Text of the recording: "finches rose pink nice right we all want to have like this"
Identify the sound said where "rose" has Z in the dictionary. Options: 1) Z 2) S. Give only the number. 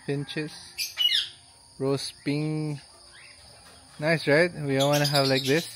2